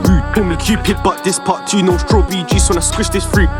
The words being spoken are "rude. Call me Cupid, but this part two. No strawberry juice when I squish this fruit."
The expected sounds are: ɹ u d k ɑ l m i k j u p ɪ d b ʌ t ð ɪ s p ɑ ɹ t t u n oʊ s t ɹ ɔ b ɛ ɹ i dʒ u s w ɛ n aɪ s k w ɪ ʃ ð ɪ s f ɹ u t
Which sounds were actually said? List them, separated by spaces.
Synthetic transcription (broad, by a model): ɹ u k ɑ n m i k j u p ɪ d b ʌ t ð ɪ s p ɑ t t u n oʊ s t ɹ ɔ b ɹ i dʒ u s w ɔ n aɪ s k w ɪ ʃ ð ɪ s f ɹ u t